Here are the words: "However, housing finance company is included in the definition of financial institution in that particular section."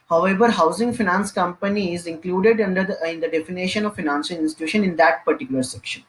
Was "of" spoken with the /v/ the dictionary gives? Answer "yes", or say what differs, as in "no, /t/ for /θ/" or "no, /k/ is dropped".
yes